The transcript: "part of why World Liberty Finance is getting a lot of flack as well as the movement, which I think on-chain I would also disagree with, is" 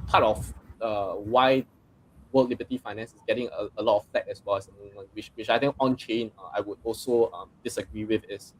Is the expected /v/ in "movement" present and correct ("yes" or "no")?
no